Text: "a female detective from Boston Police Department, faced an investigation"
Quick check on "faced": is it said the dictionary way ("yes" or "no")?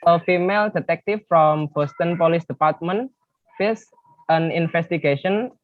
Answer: no